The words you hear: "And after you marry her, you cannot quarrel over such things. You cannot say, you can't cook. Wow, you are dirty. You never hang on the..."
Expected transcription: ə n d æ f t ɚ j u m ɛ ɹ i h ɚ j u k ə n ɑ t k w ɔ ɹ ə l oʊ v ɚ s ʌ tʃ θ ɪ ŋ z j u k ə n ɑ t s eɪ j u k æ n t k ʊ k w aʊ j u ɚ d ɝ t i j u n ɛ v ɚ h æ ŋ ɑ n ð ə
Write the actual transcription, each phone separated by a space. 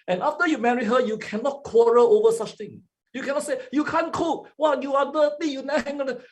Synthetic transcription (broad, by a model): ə n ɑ f t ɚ j u m ɛ ɹ i h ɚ j u k ə n ɑ t k w ɔ ɹ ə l oʊ v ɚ s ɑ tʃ t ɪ ŋ j u k ə n ɑ t s eɪ j u k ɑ n k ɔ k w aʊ j u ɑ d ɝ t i j u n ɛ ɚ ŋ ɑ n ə